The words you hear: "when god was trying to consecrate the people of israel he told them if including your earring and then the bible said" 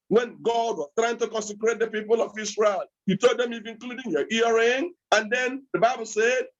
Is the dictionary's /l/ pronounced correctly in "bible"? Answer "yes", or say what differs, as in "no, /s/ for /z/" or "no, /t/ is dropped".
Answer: yes